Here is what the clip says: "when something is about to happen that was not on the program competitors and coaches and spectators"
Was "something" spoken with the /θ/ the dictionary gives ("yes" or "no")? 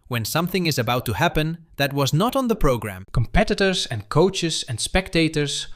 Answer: yes